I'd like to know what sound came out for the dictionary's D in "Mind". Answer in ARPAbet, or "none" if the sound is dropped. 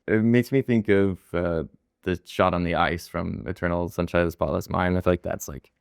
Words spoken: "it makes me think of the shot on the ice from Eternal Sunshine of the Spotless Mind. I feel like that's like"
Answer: none